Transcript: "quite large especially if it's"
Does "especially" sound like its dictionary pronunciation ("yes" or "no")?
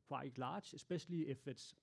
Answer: no